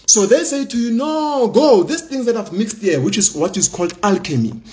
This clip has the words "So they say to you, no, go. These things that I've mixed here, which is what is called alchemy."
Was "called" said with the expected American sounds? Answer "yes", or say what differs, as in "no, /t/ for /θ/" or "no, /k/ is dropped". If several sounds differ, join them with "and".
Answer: yes